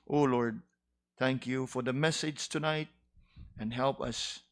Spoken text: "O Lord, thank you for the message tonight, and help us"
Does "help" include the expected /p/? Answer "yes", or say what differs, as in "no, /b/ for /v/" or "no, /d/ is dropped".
yes